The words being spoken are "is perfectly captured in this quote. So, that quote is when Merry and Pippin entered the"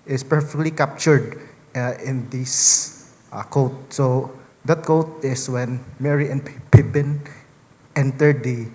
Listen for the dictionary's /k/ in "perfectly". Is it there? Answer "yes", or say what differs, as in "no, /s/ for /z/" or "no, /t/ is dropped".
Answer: yes